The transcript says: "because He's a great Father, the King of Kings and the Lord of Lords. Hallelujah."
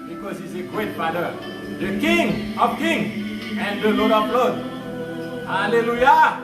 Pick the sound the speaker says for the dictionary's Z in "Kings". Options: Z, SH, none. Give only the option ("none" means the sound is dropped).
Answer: none